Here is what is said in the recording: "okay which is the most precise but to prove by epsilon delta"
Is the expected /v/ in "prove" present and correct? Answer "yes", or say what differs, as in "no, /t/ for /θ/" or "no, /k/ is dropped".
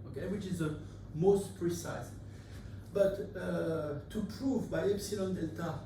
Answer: yes